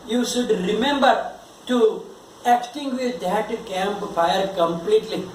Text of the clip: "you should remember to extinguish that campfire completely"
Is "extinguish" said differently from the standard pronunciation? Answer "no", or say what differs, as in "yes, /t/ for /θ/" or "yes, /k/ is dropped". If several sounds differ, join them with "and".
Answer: yes, /s/ is dropped